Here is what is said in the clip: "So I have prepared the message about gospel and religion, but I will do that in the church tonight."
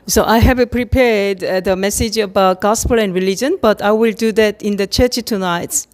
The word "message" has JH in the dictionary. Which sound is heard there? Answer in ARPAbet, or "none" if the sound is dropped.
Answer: JH